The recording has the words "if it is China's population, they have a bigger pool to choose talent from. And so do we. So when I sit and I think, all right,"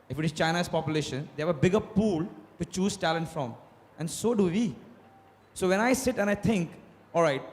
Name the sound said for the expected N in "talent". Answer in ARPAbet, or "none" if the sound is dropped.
N